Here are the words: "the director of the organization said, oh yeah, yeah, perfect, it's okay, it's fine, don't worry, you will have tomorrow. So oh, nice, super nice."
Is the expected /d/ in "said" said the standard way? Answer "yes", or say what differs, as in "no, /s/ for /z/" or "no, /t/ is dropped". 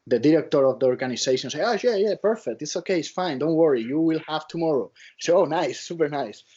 no, /d/ is dropped